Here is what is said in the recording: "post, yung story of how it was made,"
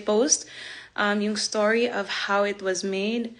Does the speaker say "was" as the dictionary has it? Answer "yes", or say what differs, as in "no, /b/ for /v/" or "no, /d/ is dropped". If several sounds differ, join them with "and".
yes